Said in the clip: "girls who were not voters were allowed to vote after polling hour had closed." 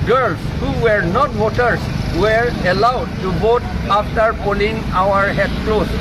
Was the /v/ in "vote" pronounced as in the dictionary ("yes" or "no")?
no